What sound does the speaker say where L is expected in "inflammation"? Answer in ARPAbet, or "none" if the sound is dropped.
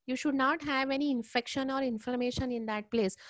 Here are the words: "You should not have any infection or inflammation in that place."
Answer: none